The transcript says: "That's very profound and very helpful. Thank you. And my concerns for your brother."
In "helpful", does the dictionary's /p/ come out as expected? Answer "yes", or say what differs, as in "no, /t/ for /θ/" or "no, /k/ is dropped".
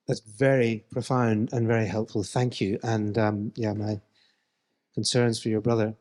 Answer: yes